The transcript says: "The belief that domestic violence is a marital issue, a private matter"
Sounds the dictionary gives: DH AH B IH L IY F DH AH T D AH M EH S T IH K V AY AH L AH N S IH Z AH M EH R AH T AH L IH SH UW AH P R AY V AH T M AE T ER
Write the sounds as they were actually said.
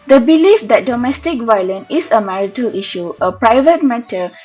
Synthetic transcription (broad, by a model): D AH B IH L IY F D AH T D AH M EH S T IH K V AY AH L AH N IH S AH M EH R AH T AH L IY SH UW AH P R AY V AH T M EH T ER